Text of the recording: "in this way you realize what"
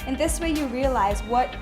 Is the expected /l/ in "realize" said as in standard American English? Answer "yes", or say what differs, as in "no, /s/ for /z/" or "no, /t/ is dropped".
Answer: yes